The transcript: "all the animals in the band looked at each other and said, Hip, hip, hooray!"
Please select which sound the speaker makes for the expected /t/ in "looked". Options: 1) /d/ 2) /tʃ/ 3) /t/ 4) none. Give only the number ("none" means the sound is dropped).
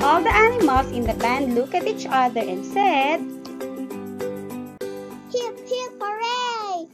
4